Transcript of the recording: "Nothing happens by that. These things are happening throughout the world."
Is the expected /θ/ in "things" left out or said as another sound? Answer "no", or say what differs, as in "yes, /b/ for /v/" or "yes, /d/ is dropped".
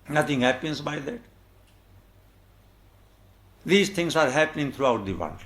yes, /t/ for /θ/